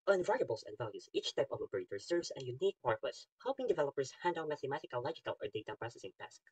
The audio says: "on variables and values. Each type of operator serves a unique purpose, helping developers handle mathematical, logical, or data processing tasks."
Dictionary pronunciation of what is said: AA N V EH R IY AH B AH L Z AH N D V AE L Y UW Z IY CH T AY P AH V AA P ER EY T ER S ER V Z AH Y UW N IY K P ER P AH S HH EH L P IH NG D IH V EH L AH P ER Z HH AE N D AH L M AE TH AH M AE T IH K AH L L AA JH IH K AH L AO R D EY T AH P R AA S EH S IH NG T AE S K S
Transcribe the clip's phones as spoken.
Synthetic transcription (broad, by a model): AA N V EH R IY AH B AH L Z AH N D V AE L Y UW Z IY CH T AY P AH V AA P ER EY T ER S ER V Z AH Y UW N IY K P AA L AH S HH EH L P IH NG D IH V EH L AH P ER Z HH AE N D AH N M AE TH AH M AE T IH K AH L L AA JH IH K AH L AO R D EY T AH P R AA S EH S IH NG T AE S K